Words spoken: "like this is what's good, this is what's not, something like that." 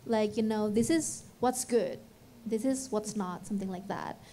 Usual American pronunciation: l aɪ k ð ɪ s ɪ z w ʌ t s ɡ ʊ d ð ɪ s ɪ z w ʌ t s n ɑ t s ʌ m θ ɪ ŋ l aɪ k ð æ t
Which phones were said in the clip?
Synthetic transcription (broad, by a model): l aɪ k ð ɪ s ɪ z w ʌ t s ɡ ʊ d ð ɪ s ɪ z w ʌ t s n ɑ t s ʌ m θ ɪ ŋ l aɪ k ð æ t